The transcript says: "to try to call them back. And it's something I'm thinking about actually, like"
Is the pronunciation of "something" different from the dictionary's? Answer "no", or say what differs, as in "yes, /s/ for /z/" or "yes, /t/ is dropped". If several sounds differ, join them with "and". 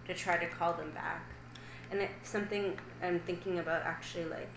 no